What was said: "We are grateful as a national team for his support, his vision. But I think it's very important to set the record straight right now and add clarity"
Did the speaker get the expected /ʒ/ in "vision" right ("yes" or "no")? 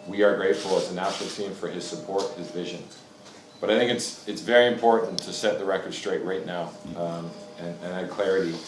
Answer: yes